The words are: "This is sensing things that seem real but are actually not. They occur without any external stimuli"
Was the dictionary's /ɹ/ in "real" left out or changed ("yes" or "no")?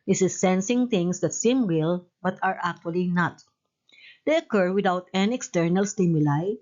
yes